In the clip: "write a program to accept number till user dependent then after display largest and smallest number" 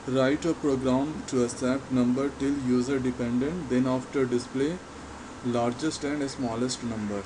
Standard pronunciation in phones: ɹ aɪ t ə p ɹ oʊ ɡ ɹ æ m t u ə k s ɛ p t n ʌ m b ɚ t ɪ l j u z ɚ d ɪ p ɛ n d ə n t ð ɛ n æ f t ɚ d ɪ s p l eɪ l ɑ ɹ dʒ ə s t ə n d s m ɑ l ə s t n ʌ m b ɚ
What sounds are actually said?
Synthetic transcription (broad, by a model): ɹ aɪ t ə p ɹ oʊ ɡ ɹ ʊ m t u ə s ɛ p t n ʌ m b ɚ t ɪ l j u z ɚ d ɪ p ɛ n d ə n t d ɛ n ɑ f t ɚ d ɪ s p l eɪ l ɑ ɹ dʒ ə s t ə n d s m ɑ l ə s t n ʌ m b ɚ